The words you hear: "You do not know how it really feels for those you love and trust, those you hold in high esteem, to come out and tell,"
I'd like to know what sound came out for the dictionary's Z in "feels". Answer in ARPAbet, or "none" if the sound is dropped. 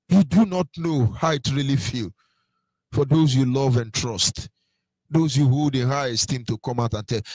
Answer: none